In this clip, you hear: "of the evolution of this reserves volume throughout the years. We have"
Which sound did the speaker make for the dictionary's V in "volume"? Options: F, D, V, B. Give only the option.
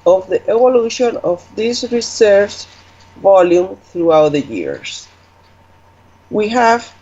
V